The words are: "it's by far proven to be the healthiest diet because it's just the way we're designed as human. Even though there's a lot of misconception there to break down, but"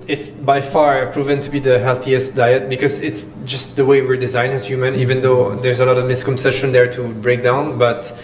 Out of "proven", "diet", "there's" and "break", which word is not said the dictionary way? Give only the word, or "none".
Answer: none